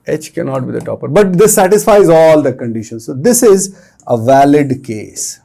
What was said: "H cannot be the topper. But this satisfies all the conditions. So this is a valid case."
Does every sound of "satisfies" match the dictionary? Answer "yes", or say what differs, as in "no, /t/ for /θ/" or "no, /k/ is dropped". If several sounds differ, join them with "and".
yes